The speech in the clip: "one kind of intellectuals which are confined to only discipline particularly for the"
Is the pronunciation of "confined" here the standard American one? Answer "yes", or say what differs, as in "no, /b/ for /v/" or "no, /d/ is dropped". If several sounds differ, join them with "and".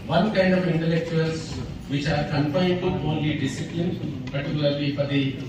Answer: no, /p/ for /f/